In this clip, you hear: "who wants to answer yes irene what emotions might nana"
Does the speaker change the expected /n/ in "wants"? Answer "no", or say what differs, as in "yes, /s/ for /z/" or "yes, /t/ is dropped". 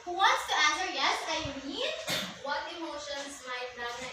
yes, /n/ is dropped